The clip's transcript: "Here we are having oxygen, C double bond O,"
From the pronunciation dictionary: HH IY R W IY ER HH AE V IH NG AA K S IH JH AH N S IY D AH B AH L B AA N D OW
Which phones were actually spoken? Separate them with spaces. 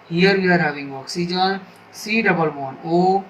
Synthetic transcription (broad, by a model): HH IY R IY ER HH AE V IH NG AA K S IH JH AH N S IY D AH B AH L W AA N OW